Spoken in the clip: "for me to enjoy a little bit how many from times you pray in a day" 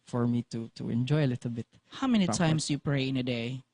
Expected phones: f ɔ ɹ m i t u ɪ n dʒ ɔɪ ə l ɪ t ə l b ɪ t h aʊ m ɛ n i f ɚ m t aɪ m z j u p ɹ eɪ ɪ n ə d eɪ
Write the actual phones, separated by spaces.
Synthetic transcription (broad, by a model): f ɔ ɹ m i t u ɪ n dʒ ɔɪ ə l ɪ t ə l b ɪ t h aʊ m ɛ n i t aɪ m s j u p ɹ eɪ ɪ n ə d eɪ